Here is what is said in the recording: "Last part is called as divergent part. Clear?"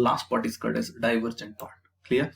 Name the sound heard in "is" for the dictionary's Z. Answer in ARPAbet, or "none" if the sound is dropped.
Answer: S